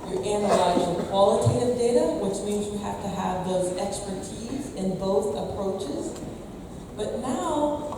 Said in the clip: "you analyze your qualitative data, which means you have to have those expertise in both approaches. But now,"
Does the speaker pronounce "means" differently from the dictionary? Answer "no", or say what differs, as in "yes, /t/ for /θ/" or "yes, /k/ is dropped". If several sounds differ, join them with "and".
no